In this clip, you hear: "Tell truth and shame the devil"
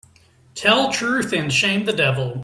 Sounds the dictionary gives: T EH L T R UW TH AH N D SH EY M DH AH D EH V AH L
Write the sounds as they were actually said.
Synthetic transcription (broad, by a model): T EH L T R UW TH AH N SH EY M DH AH D EH V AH L